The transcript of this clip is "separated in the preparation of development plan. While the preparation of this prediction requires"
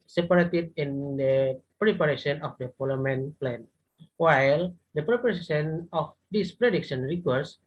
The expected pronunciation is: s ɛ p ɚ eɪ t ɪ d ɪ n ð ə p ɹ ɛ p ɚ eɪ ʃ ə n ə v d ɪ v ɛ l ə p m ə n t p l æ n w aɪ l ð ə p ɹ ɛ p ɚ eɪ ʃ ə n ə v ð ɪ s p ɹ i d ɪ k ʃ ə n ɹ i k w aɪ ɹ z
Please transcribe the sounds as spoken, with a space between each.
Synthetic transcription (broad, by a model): s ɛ p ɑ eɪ t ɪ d ɪ n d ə p ɹ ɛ p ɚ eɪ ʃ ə n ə f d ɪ f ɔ l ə m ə n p l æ n w aɪ l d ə p ɹ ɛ p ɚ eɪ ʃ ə n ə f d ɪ s p ɹ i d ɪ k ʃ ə n ɹ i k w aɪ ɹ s